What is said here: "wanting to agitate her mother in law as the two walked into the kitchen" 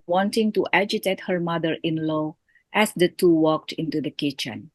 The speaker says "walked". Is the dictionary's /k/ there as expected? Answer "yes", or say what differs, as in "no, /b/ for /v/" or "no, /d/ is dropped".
yes